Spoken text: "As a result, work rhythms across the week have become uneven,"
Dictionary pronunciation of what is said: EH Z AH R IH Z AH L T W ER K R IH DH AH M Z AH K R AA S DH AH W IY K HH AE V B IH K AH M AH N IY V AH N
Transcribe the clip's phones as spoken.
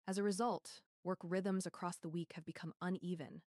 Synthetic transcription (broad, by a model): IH Z AH R IH Z AH L T W ER K R IH DH AH M Z AH K R AA S DH AH W IY K HH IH V B IH K AH M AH N IY V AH N